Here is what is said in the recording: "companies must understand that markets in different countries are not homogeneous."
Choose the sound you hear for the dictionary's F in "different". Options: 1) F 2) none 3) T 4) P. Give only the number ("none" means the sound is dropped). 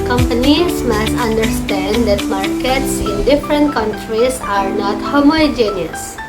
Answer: 1